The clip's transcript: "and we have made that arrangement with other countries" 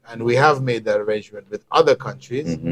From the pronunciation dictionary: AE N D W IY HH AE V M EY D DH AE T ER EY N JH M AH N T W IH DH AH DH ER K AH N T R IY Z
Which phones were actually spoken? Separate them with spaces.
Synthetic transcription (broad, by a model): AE N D W IY HH AE V M EY D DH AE T ER EY N JH M AH N T W IH DH AH DH ER K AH N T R IY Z